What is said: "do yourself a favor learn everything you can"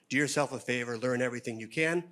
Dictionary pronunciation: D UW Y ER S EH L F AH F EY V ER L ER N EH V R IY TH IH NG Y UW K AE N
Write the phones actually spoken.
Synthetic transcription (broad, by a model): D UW Y ER S EH L F AH F EY V ER L ER N EH V R IY TH IH NG Y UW K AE N